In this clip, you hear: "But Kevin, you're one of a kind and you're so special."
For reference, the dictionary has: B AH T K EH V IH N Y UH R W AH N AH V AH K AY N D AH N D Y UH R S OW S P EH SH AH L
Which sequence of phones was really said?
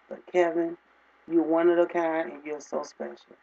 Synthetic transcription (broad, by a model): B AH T K EH V IH N Y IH W AH N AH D AH K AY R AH N Y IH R S OW S P EH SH L